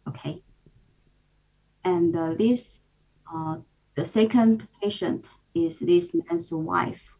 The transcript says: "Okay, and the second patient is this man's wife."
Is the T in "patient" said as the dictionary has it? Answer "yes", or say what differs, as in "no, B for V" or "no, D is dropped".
yes